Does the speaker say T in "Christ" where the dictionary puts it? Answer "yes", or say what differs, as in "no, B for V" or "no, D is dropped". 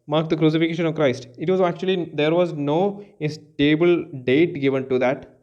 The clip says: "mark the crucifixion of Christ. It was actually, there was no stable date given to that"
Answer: yes